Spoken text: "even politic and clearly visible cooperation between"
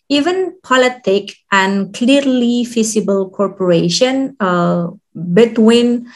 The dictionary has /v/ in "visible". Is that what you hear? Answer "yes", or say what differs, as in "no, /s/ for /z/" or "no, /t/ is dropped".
no, /f/ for /v/